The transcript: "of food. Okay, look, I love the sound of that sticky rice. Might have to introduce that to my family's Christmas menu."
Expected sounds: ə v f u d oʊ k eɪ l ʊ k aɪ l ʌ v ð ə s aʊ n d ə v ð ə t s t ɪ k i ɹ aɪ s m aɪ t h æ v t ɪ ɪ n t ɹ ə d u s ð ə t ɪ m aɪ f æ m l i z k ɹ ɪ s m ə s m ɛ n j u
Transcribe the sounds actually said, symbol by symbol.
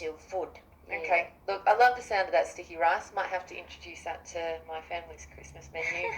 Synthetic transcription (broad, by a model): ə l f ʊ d oʊ k eɪ l ʊ k aɪ l ʌ v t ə s aʊ n d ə ð ə t s t ɪ k i ɹ aɪ s m aɪ t h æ f t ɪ ɪ n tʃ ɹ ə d u s ð ə t ɪ m aɪ f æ m l i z k ɹ ɪ s m ə s m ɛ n j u